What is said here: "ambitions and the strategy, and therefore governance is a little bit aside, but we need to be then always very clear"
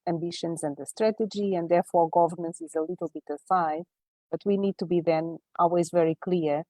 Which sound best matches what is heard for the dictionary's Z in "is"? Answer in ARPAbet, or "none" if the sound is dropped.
Z